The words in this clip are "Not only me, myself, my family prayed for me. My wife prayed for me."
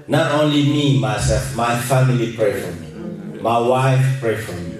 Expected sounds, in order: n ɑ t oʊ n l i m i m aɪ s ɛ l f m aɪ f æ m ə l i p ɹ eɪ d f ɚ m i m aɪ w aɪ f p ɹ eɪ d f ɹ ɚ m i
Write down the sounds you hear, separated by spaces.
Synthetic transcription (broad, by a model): n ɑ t oʊ n l i m i m aɪ s ɛ l f m aɪ f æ m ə l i p ɹ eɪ f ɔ m i m aɪ w aɪ f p ɹ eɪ f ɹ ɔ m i